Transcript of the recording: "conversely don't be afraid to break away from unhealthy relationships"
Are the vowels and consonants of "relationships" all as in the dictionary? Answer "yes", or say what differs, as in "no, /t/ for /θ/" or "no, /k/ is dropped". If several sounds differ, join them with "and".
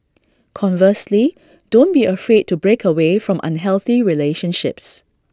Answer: yes